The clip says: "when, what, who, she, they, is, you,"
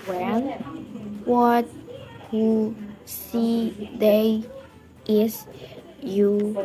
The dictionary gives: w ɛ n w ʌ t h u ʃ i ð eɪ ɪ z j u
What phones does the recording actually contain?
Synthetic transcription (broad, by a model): w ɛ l w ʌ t h u s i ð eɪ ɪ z j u